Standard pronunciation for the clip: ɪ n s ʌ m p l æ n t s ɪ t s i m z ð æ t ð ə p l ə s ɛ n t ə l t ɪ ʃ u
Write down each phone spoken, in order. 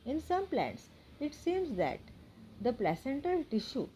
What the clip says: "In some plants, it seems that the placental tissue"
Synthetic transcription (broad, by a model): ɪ n s ʌ m p l æ n t s ɪ t s i m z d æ t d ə p l ə s ɛ n t ə l t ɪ ʃ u